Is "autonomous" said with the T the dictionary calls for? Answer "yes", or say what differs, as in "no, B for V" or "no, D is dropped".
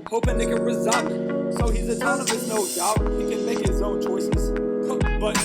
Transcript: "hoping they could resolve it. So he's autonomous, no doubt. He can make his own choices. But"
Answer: no, S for T